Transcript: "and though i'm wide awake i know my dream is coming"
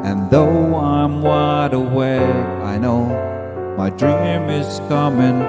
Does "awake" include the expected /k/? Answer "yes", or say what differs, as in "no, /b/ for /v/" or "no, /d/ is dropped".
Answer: no, /k/ is dropped